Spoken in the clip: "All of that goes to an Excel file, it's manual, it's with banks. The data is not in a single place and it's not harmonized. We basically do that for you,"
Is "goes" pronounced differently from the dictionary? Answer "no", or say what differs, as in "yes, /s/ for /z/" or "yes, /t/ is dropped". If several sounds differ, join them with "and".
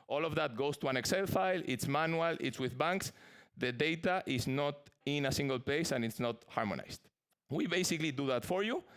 yes, /s/ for /z/